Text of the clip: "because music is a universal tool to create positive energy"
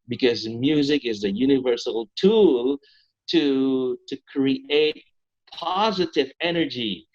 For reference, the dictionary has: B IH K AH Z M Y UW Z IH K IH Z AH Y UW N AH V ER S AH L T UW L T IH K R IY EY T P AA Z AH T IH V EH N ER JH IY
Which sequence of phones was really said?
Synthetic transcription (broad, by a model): B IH K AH Z M Y UW Z IH K IH Z AH Y UW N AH V ER S L T UW L T IH K R IY EY T P AA Z AH T IH V EH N ER JH IY